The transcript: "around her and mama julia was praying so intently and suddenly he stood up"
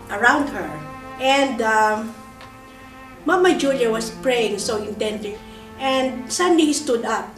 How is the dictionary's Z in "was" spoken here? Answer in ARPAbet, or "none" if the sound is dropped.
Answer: S